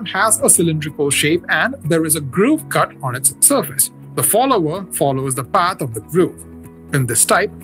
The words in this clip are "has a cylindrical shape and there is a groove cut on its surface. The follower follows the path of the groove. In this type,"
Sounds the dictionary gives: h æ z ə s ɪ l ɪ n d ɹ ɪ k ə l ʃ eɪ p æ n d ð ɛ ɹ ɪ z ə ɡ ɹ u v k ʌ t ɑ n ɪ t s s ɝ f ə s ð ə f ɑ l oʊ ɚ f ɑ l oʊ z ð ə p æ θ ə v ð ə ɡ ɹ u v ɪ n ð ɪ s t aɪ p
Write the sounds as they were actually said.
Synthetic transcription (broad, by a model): h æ z ə s ɪ l ɪ n d ɹ ɪ k ə l ʃ eɪ p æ n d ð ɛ ɹ ɪ z ə ɡ ɹ u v k ʌ t ɑ n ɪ t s s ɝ f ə s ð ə f ɑ l oʊ ɚ f ɑ l oʊ z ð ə p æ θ ə v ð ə ɡ ɹ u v ɪ n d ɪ s t aɪ p